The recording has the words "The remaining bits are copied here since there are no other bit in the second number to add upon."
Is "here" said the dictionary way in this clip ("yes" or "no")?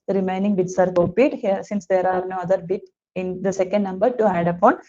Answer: yes